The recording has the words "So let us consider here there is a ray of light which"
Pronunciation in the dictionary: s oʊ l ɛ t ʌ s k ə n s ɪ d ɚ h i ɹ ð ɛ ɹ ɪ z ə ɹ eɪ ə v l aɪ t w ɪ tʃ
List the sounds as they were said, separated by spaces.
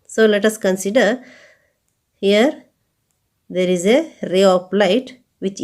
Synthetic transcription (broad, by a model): s oʊ l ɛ t ʌ s k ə n s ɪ d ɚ h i ɹ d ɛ ɹ ɪ z ə ɹ eɪ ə p l aɪ t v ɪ tʃ